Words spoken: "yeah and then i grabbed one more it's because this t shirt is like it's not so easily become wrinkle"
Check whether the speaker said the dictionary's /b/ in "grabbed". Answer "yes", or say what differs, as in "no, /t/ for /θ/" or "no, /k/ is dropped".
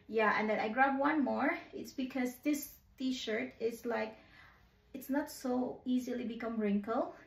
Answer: no, /b/ is dropped